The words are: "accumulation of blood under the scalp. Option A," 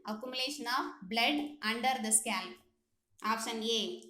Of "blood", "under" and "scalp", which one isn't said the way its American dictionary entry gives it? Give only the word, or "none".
scalp